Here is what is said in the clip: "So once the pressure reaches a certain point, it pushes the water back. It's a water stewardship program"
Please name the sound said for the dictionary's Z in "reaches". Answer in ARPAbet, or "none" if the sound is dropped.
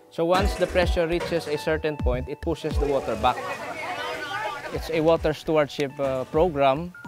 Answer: S